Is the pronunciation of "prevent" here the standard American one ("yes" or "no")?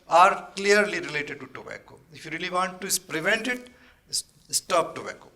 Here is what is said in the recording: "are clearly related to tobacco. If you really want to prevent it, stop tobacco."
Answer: yes